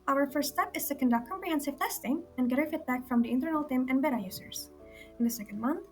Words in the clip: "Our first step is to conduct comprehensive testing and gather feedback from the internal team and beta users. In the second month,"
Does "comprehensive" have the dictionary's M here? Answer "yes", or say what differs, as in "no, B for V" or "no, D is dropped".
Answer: yes